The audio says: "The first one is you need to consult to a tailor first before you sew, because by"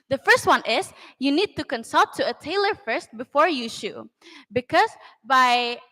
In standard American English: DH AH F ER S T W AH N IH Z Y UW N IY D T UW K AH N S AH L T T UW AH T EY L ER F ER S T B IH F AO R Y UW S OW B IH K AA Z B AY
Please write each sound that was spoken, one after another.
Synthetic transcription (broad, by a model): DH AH F ER S T W AH N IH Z Y UW N IY D T UW K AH N S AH L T T UW AH T EY L ER F ER S T B IH F AO R Y UW SH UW B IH K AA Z B AY